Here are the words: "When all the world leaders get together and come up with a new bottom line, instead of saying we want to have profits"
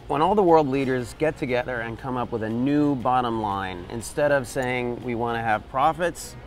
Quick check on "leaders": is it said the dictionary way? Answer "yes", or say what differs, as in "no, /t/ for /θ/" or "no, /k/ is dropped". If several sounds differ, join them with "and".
yes